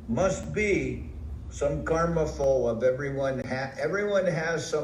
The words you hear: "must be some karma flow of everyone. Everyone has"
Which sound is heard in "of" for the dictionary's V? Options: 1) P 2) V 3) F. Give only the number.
2